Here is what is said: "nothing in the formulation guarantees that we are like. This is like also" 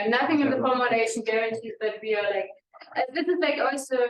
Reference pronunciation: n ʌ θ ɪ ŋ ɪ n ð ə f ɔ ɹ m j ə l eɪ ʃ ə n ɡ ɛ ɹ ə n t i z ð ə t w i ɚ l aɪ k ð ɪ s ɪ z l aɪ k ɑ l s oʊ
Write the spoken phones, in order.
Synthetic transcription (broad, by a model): n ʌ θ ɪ ŋ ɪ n ð ə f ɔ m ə n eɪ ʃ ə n ɡ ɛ ɹ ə n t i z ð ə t w i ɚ l aɪ k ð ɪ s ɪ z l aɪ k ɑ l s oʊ